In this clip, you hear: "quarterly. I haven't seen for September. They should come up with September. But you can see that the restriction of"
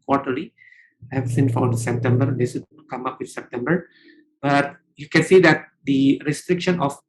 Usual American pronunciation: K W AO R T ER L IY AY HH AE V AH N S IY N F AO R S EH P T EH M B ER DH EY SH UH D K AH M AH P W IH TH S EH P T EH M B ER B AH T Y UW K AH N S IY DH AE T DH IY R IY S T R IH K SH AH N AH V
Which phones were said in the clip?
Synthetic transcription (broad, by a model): K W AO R T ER L IY AY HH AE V S IY N F AO R S EH P T EH M B ER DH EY S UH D K AH M AH P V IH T S EH P T EH M B ER B AH T Y UW K AH N S IY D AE T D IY R IY S T R IH K SH AH N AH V